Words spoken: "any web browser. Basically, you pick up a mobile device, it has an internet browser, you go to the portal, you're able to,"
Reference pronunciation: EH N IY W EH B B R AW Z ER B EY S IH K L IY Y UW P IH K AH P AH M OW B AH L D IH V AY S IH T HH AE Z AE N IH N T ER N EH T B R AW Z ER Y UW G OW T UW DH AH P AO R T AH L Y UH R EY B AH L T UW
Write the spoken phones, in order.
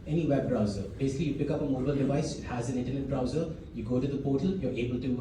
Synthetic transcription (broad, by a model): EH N IY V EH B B R AW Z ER B EY S IH K L IY Y UW P IH K AH P AH M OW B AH L D IH V AY S IH T HH AE Z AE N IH N T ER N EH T B R AW Z ER Y UW G OW T UW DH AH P AO T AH L Y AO R EY B AH L T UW